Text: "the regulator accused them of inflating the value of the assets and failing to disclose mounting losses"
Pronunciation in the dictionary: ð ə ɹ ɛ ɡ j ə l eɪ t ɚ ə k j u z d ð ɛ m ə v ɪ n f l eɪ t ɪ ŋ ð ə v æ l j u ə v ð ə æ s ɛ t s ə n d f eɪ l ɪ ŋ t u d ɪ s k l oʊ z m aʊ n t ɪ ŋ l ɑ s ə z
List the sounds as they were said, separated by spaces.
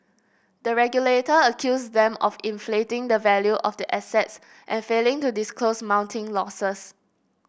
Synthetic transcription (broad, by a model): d ə ɹ ɛ ɡ j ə l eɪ t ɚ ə k j u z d ɛ m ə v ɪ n f l eɪ t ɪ ŋ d ə v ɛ l j u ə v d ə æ s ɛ t s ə n f eɪ l ɪ ŋ t u d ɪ s k l oʊ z m aʊ n t ɪ ŋ l ɑ s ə s